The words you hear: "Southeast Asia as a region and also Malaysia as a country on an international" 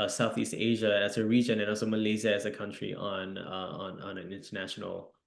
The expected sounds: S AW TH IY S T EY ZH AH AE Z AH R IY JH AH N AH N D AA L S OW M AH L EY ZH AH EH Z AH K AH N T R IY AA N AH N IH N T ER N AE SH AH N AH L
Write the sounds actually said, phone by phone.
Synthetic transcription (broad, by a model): S AW TH IY S T EY ZH AH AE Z AH R IY JH AH N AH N AA L S OW M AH L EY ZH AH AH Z AH K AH N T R IY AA N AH N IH N T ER N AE SH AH N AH L